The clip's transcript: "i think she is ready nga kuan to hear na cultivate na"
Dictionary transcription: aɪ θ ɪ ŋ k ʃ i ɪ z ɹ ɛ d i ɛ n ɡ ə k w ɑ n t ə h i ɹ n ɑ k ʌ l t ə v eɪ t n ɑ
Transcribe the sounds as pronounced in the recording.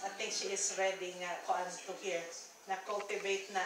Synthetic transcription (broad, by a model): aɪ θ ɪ ŋ k ʃ i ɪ s ɹ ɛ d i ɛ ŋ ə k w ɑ n t ə h i ɹ n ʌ k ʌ l t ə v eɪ t n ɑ